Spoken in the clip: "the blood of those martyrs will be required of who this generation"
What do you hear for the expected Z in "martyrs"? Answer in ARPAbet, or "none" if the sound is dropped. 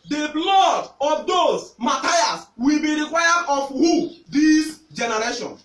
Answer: S